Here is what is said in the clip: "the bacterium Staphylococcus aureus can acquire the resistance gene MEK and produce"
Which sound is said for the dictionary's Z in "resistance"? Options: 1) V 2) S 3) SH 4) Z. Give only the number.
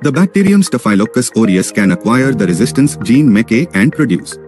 4